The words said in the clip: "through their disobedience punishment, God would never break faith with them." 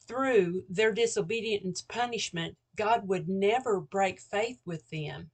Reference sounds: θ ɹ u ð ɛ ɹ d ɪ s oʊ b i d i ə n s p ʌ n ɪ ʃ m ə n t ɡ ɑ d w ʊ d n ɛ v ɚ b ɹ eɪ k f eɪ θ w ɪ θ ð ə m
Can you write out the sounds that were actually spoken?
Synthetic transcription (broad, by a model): θ ɹ u ð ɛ ɹ d ɪ s oʊ b i d i ə n s p ʌ n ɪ ʃ m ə n ɡ ɑ d w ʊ d n ɛ v ɚ b ɹ eɪ k f eɪ θ w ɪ ð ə m